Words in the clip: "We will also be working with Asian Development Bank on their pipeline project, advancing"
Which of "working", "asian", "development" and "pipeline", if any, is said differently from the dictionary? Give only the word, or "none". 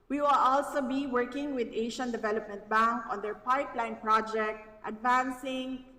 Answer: asian